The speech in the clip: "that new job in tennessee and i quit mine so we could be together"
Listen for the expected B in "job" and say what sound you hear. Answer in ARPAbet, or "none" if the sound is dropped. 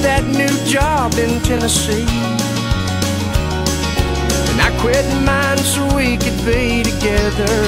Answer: B